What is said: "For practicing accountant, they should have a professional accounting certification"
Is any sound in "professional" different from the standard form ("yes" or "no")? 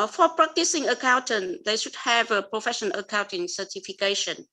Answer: yes